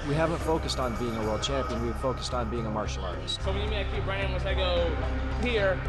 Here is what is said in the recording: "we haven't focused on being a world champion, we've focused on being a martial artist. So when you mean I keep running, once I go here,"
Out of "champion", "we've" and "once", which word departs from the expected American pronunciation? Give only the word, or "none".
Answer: once